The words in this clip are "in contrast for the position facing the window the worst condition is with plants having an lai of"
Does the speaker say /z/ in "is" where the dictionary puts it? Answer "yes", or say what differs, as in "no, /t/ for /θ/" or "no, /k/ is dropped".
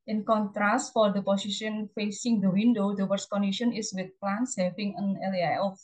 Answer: no, /s/ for /z/